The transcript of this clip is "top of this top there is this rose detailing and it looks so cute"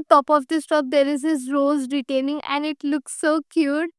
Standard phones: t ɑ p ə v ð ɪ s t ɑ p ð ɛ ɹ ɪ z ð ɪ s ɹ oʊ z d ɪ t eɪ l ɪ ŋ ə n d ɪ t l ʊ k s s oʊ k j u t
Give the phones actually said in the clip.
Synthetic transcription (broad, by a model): t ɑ p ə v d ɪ s t ɑ p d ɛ ɹ ɪ z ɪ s ɹ oʊ z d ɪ t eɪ n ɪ ŋ ə n d ɪ t l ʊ k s s oʊ k j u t